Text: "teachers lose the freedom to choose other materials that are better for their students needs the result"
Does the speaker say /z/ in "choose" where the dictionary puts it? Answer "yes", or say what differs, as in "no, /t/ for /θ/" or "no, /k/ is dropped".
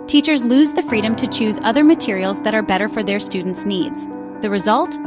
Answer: yes